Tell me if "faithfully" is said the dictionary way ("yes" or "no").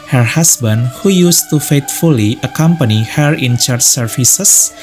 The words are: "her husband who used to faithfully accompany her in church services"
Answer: no